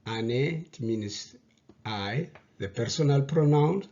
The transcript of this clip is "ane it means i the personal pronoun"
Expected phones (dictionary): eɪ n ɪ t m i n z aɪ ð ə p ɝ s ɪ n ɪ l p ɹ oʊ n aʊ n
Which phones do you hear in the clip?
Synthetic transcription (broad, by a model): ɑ n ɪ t m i n s aɪ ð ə p ɝ s ɪ n ɪ l p ɹ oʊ n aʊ n